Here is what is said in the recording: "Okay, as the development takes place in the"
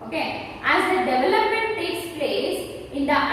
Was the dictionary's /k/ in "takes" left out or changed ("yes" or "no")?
no